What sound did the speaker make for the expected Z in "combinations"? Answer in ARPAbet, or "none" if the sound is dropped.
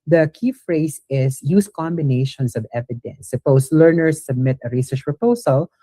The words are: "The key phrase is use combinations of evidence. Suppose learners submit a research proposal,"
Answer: S